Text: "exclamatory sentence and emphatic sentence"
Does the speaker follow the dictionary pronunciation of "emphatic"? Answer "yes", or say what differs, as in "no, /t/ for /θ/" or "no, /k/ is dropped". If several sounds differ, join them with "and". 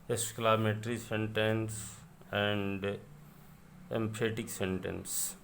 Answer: no, /p/ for /f/